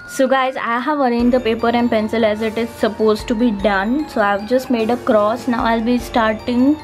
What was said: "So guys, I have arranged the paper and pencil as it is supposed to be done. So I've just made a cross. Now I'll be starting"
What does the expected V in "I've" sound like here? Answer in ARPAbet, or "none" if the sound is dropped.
V